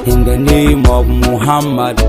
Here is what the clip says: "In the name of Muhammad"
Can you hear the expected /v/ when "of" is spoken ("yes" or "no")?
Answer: no